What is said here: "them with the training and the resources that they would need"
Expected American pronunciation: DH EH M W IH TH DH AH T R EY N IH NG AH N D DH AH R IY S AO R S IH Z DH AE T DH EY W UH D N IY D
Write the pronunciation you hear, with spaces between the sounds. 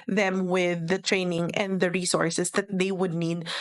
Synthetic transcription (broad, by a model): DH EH M W IH DH AH T R EY N IH NG AH N D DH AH R IY S AO R S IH S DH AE T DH EY W UH D N IY D